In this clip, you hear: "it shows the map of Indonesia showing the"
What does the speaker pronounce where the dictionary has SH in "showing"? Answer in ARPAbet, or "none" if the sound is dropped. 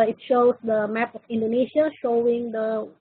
SH